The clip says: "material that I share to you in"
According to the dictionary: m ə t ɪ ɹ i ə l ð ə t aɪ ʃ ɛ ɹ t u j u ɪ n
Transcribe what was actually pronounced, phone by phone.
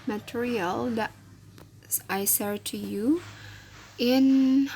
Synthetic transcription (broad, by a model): m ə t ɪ ɹ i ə l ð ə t aɪ s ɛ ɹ t u j u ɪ n